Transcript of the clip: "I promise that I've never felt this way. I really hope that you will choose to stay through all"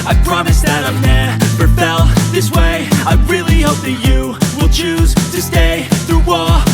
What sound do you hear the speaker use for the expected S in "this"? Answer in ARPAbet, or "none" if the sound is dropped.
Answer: S